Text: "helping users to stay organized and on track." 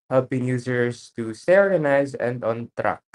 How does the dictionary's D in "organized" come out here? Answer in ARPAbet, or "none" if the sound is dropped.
none